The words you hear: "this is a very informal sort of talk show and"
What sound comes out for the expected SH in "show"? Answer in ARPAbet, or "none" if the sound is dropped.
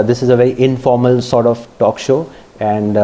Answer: SH